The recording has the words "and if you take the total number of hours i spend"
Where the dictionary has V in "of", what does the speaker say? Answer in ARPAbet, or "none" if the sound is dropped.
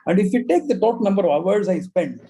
V